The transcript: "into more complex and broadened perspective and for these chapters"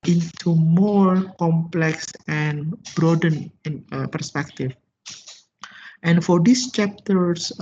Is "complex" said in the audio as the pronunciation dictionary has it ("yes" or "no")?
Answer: yes